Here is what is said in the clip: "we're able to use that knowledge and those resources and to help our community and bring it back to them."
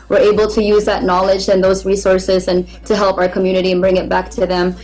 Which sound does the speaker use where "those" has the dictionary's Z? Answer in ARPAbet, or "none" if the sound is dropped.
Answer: Z